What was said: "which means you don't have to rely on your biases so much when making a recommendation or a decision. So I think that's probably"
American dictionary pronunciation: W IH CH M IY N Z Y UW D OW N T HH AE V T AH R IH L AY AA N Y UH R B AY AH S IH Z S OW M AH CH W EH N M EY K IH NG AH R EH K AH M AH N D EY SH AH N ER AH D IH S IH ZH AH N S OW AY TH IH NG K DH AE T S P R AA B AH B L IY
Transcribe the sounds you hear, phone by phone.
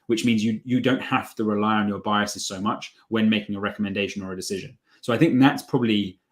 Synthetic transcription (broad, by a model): W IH CH M IY N Z Y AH D OW N T HH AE F T AH R IH L AY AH N Y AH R B AY AH S IH Z S OW M AH CH W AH N M EY K IH NG AH R EH K AH M AH N D EY SH AH N ER AH D IH S IH ZH AH N S OW AY TH IH NG K DH AE T S P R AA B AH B L IY